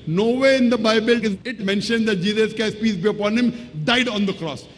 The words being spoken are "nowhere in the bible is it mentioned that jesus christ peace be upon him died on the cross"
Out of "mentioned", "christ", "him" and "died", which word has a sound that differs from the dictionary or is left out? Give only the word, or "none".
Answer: christ